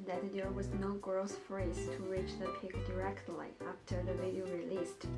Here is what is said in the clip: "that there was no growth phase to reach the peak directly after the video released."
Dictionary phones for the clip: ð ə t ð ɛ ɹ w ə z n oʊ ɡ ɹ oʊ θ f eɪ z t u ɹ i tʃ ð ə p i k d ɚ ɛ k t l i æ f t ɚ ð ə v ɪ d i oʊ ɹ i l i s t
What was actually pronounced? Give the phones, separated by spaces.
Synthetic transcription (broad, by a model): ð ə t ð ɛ ɹ w ə z n oʊ ɡ ɹ oʊ s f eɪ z t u ɹ i tʃ ð ə p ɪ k d ɚ ɛ k t l i æ f t ɚ ð ə v ɪ d i oʊ ɹ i l i s t